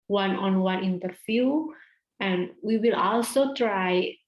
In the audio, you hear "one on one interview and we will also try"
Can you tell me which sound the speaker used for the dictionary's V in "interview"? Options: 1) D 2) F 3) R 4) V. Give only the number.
2